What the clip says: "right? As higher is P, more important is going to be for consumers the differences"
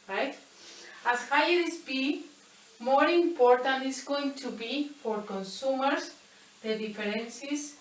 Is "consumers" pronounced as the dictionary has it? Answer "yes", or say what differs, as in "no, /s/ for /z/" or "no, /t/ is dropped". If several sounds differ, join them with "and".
no, /s/ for /z/